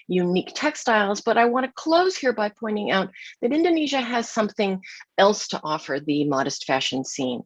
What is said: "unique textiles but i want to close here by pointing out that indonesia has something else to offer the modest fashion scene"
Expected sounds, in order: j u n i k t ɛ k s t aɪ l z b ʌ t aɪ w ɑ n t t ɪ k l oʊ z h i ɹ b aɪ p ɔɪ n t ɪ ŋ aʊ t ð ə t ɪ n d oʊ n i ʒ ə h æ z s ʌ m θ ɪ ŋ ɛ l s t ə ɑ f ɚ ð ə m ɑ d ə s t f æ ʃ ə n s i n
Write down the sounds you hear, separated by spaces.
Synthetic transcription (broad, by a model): j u n i k t ɛ k s t aɪ l z b ʌ t aɪ w ɑ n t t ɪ k l oʊ z h i ɹ b aɪ p ɔɪ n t ɪ ŋ aʊ t ð ə t ɪ n d oʊ n i ʒ ə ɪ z s ʌ m θ ɪ ŋ ɛ l s t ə ɑ f ɚ ð ə m ɑ d ə s t f æ ʃ ə n s i n